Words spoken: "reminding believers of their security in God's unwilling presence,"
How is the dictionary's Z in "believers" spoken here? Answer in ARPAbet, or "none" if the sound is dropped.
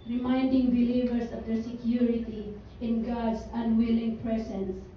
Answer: S